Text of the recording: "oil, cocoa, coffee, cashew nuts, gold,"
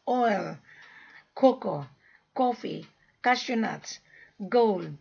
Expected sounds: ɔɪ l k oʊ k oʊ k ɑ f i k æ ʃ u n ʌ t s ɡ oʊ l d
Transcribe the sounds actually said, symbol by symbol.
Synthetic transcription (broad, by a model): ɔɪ l k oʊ k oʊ k ɑ f i k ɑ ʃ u n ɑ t ɡ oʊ l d